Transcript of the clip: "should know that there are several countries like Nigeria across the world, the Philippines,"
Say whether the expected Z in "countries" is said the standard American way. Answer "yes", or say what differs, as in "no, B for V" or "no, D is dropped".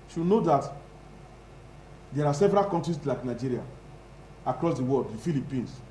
no, S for Z